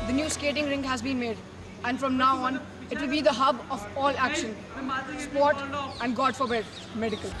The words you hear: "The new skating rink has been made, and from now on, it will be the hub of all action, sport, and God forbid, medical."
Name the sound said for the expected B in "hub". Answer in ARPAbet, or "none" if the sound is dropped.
B